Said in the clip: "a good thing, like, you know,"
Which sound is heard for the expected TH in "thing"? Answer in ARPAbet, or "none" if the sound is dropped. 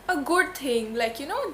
T